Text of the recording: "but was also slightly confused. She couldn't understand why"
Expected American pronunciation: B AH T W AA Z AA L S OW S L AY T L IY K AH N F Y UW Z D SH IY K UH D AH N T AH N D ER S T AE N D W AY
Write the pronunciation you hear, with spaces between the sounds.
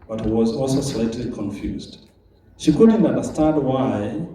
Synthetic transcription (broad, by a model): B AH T W AA Z AA L S OW S L AY T L IY K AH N F Y UW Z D SH IY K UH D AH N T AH N D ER S T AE N D W AY